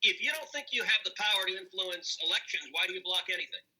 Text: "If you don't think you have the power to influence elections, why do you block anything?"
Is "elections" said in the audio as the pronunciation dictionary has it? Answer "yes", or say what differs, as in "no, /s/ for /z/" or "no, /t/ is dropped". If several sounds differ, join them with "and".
yes